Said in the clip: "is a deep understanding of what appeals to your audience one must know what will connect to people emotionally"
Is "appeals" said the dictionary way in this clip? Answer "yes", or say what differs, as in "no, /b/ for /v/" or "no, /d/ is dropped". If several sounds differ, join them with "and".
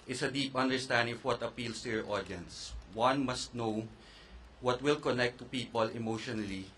no, /s/ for /z/